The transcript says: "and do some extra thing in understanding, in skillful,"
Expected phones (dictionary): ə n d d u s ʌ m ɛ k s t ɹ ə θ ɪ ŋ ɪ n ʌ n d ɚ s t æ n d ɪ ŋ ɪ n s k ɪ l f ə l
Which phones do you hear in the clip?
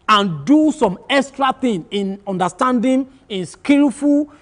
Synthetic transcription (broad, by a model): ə n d d u s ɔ m ɛ k s t ɹ ə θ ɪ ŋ ɪ n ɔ n d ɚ s t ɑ n d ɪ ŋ ɪ n s k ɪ l f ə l